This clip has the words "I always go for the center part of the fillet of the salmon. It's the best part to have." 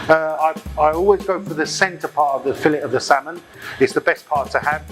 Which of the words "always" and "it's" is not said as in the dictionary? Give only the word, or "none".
none